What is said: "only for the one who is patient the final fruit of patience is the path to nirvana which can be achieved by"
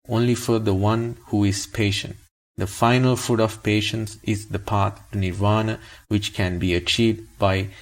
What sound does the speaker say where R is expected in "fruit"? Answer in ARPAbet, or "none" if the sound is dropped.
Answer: none